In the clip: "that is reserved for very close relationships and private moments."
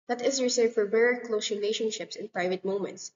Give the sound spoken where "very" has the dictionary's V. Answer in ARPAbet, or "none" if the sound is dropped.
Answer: B